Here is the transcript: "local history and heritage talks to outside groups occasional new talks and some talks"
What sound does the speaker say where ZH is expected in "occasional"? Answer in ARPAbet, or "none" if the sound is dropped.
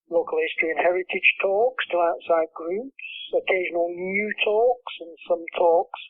ZH